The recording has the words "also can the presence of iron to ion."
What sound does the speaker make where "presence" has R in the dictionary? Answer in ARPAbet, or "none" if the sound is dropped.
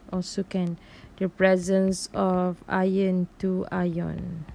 R